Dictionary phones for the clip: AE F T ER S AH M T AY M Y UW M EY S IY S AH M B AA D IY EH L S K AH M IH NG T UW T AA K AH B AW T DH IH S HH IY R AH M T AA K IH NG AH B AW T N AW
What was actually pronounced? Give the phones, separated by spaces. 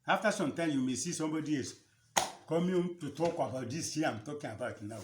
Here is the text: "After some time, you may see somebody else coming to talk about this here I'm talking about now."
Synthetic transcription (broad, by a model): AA F T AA S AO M T AY M Y UW M EY S IY S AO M B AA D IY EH S K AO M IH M T UW T AA K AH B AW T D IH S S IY AH M T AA K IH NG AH B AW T N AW